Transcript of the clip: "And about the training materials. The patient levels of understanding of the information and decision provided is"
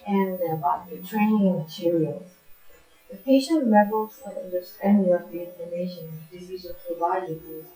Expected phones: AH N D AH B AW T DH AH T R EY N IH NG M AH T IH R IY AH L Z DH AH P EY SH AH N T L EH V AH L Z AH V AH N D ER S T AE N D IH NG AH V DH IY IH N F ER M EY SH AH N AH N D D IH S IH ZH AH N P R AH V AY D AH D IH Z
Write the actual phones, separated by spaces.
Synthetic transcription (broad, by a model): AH N AH B AW T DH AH T R EY N IH NG M AH T IH R IY AH L Z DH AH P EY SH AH N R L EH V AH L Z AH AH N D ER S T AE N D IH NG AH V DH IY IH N ER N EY AH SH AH N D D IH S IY Z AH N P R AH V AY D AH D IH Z